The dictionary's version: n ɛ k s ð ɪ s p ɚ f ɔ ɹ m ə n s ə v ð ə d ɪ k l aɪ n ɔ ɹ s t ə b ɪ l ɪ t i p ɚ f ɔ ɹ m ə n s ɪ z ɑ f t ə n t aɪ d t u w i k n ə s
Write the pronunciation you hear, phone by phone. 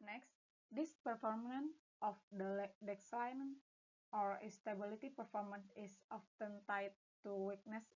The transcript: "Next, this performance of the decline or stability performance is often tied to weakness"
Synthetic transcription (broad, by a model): n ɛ k s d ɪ s p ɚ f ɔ ɹ m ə n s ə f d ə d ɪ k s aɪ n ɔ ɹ s t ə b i l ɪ t i p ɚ f ɔ ɹ m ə n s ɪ s ɑ f t ə n t aɪ t u w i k n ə s